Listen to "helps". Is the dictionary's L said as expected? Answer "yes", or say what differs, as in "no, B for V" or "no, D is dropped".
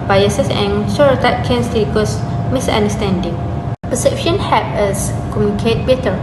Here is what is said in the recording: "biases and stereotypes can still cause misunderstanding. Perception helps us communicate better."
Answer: no, L is dropped